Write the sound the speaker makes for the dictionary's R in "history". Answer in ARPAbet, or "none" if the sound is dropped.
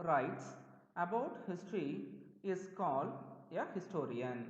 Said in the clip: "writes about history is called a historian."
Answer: R